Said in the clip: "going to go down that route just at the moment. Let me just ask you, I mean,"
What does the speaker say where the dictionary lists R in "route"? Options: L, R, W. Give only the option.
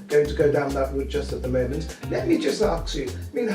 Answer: W